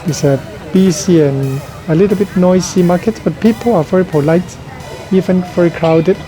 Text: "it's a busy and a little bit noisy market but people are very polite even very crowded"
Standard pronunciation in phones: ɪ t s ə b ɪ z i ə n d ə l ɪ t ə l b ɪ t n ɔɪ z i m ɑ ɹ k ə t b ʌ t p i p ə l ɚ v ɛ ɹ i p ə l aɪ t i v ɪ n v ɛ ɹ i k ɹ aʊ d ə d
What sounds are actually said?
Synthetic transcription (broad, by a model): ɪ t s ə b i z i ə n ə l ɪ t ə l b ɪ t n ɔɪ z i m ɑ k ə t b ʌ t p i p ə l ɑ v ɛ ɹ i p ə l aɪ t i v ɪ n v ɛ ɹ i k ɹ aʊ d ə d